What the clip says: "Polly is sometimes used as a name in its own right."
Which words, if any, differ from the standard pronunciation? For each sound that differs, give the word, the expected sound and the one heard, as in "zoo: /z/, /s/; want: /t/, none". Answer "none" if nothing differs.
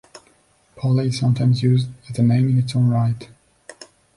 none